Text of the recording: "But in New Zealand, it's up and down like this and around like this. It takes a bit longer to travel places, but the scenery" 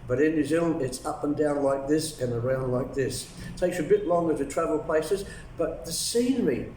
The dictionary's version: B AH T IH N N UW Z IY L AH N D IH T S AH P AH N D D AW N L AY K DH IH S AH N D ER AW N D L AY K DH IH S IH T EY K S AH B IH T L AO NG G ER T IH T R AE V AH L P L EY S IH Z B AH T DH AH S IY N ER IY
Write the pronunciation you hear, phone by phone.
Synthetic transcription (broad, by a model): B AH T IH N N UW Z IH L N IH T S AH P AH N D D AW N L AY K DH IH S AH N ER AW N D L AY K DH IH S T EY K S AH B IH T L AO NG G ER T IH T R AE V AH L P L EY S IH Z B AH T DH AH S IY N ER IY